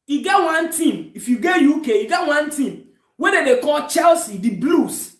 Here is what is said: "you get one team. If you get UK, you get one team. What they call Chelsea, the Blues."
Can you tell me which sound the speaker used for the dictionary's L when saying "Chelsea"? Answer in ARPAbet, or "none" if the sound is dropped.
L